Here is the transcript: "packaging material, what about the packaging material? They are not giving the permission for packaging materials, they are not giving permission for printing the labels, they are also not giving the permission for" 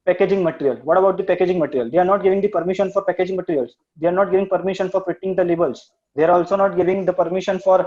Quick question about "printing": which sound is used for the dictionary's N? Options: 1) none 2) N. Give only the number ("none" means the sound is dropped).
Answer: 1